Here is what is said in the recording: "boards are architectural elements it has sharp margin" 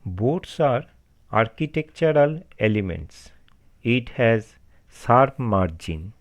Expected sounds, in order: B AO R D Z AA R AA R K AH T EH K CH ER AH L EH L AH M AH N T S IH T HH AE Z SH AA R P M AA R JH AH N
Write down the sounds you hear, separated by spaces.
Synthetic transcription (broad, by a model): B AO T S AA R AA R K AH T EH K CH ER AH L EH L AH M AH N T S IH T HH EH Z S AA R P M AA R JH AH N